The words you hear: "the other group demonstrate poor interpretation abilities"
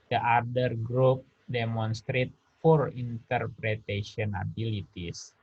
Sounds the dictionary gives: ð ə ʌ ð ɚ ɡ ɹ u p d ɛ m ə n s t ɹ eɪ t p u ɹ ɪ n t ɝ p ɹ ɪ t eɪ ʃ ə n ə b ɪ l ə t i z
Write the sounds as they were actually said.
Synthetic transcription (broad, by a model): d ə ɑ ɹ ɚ ɡ ɹ u p d ɛ m ə n s t ɹ eɪ t f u ɹ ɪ n t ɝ p ɹ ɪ t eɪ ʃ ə n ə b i l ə t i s